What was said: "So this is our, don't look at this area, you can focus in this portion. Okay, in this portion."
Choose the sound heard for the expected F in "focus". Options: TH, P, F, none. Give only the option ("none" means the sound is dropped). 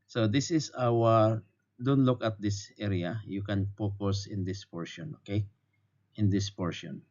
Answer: P